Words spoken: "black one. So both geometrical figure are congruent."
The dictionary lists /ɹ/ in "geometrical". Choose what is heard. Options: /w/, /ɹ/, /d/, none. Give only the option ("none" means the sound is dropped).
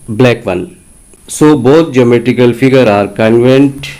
none